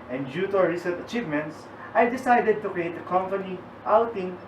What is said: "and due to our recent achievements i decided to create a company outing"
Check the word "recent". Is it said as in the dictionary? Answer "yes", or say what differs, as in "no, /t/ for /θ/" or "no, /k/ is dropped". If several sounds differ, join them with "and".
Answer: no, /n/ is dropped